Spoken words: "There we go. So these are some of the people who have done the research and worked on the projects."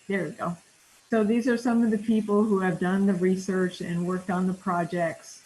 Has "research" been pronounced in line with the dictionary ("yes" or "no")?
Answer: yes